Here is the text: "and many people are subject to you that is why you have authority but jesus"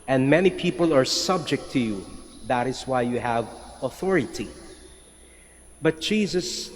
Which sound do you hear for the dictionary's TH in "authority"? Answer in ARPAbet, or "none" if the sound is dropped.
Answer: TH